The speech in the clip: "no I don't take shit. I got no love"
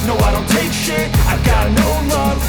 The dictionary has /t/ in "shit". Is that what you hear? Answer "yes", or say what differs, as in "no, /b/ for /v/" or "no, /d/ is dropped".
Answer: no, /t/ is dropped